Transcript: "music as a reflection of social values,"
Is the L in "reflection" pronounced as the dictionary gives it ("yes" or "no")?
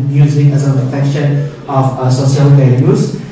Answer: no